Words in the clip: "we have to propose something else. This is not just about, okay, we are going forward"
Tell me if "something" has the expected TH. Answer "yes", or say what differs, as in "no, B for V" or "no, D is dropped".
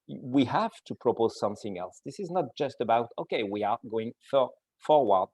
yes